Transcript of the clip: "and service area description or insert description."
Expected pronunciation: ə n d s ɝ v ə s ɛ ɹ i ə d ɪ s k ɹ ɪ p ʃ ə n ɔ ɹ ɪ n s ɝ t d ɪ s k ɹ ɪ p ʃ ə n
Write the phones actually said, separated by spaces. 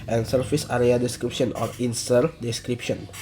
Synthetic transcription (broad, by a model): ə n s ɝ f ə s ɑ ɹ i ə d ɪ s k ɹ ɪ p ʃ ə n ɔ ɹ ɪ n s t d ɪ s k ɹ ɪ p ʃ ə n